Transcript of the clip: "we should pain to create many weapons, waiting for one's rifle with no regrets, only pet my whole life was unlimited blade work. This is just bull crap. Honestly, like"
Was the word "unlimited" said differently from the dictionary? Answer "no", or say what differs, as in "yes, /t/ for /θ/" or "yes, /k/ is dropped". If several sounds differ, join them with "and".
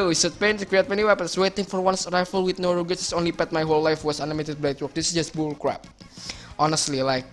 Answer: yes, /l/ is dropped